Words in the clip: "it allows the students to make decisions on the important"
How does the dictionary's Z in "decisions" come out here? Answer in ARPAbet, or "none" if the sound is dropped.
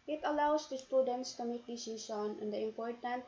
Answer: none